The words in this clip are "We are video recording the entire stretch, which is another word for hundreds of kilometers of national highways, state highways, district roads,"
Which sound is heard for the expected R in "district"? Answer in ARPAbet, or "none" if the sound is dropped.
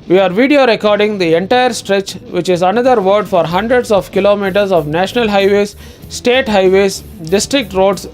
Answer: R